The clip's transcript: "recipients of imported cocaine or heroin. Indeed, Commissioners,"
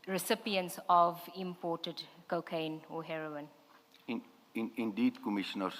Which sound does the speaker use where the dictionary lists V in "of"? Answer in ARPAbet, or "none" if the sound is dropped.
V